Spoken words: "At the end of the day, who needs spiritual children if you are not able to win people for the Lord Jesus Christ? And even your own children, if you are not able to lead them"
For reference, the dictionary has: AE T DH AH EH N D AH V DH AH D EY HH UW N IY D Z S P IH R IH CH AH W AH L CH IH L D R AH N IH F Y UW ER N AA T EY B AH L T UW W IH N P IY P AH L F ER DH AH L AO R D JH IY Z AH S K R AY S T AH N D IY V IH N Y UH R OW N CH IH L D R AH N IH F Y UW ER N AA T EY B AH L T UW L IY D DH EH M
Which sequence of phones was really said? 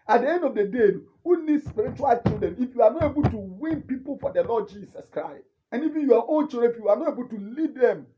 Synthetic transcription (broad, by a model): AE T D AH EH N D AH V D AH D EY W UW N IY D S P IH R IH CH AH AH L CH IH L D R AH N IH F Y UW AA N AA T EY B AH L T UW W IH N P IY P AH L F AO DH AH L AO D JH IY S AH S K R AY S T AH N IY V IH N Y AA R OW N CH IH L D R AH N IH F Y UW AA N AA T EY B AH L T UW L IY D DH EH M